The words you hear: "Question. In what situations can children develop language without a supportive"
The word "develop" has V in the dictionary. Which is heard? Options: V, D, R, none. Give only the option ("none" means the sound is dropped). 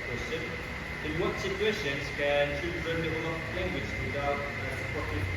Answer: none